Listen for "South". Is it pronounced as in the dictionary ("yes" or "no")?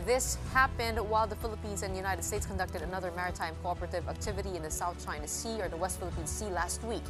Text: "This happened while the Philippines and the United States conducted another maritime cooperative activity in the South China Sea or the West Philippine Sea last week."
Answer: yes